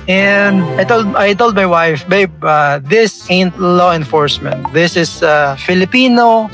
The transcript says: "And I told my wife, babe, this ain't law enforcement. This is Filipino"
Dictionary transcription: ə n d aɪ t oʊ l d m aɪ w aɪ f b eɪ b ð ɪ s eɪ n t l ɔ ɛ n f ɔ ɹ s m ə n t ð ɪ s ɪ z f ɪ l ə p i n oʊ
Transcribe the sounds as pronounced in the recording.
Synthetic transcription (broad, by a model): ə n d aɪ t oʊ l d m aɪ w aɪ f b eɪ b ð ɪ s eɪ n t l ɔ ɛ n f ɔ ɹ s m ə n t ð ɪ s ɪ s f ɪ l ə p i n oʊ